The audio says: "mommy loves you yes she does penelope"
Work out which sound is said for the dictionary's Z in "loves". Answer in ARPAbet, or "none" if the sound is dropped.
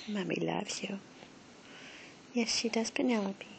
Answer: none